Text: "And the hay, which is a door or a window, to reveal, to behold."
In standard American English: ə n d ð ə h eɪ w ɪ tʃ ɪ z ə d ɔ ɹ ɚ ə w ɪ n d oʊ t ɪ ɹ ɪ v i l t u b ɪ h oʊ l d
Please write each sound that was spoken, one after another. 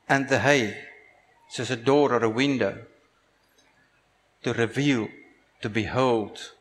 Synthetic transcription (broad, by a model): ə n ð ə h eɪ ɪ s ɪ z ə d ɔ ɹ ɚ ə w ɪ n d oʊ t ɪ ɹ ɪ v i l t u b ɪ h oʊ l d